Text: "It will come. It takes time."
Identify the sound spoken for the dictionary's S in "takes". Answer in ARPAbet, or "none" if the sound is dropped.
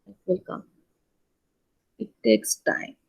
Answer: S